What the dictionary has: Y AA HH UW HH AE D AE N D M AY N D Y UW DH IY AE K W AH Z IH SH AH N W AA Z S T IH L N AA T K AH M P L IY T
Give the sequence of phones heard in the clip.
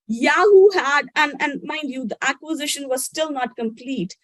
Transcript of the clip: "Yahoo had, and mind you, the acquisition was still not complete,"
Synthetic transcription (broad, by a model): Y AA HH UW HH AE D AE N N M AY N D Y UW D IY AE K W AH Z IH SH AH N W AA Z S T IH L N AA T K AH M P L IY T